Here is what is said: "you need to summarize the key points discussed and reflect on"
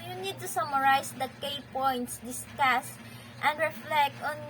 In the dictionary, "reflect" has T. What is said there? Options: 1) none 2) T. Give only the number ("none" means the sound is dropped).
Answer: 2